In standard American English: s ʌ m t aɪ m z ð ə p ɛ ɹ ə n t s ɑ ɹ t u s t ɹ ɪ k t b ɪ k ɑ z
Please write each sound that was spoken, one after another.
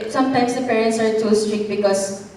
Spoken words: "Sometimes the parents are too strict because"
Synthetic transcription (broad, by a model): s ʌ m t aɪ m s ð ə p ɛ ɹ ə n t s ɑ ɹ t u s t ɹ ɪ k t b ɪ k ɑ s